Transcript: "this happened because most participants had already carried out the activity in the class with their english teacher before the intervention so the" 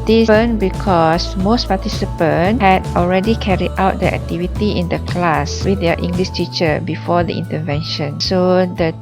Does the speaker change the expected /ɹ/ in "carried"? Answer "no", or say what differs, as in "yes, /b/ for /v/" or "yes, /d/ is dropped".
no